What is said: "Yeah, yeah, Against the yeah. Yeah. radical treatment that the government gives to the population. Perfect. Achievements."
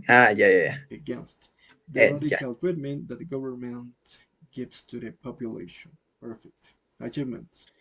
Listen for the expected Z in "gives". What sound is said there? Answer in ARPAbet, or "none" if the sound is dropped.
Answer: S